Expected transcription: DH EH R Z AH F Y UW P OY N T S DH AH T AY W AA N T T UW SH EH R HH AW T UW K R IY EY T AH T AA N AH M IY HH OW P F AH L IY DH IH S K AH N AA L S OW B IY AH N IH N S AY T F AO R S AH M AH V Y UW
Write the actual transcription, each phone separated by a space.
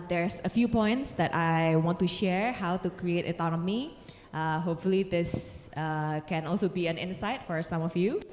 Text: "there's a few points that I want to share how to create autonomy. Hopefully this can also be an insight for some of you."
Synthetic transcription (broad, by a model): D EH R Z AH F Y UW P OY N T S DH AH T AY W AA N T T UW SH EH R HH AW T UW K R IY EY T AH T AA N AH M IY HH OW P F AH L IY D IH S K AH N AA L S OW B IY AH N IH N S AY T F AO R S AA M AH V Y UW